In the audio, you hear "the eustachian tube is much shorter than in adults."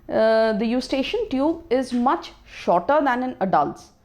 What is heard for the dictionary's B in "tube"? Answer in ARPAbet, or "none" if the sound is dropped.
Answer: B